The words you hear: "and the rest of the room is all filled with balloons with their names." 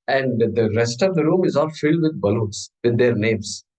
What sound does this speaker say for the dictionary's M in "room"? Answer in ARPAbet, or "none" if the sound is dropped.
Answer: M